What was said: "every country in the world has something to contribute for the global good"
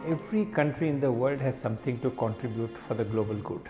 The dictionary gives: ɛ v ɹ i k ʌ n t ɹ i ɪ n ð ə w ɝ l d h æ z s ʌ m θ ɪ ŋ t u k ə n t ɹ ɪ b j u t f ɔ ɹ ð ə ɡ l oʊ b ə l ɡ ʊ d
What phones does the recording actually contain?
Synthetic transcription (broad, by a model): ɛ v ɹ i k ʌ n t ɹ i ɪ n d ə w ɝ l d h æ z s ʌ m t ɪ ŋ t u k ə n t ɹ ɪ b j u t f ɔ ɹ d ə ɡ l oʊ b ə l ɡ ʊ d